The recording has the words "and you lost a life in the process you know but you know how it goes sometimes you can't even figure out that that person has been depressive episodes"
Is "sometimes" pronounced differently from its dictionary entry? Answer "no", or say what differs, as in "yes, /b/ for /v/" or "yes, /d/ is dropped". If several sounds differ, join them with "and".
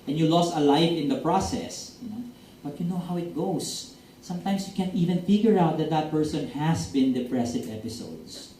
yes, /s/ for /z/